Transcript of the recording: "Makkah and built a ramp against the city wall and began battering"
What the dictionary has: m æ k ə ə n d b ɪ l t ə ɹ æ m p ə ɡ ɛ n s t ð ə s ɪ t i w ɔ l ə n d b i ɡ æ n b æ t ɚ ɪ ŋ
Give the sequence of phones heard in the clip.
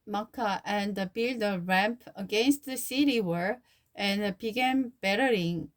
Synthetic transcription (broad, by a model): m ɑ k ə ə n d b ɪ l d ə ɹ æ m p ə ɡ ɛ n s t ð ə s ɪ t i w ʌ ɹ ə n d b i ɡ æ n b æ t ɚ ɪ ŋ